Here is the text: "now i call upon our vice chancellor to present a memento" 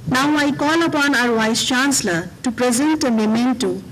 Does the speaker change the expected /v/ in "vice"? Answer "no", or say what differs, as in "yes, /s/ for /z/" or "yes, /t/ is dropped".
yes, /w/ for /v/